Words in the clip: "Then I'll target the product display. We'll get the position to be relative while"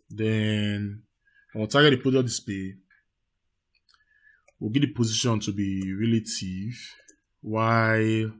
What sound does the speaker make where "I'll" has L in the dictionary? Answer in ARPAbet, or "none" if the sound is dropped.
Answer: N